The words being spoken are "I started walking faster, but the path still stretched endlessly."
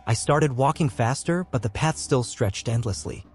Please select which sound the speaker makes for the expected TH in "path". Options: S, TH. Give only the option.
TH